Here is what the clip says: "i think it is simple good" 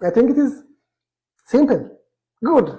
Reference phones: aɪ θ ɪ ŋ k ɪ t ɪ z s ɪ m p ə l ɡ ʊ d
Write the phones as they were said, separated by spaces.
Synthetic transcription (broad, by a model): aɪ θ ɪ ŋ k ɪ t ɪ z s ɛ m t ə n ɡ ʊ d